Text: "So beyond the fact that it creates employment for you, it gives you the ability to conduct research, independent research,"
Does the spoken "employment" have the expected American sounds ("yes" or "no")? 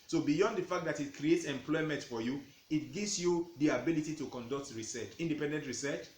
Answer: yes